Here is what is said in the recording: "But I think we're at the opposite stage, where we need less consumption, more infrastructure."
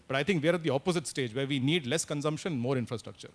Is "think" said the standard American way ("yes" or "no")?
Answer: no